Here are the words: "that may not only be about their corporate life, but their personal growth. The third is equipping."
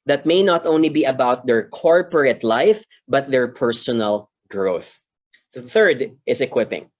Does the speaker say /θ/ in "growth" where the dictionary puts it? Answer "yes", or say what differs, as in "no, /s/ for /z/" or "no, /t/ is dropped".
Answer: yes